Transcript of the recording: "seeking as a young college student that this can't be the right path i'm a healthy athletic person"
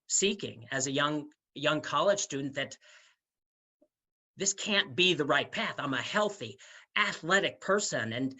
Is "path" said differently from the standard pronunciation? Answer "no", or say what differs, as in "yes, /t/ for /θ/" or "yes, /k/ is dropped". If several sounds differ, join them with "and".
no